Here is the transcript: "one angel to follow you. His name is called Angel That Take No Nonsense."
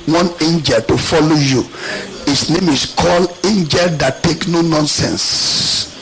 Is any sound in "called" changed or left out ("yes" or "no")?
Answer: yes